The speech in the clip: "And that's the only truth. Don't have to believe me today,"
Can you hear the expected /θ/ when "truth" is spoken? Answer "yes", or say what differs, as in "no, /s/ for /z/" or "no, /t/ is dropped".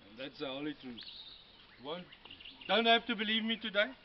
no, /t/ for /θ/